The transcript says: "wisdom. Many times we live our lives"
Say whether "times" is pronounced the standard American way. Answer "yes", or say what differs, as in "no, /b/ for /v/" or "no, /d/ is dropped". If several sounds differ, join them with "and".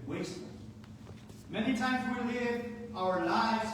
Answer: yes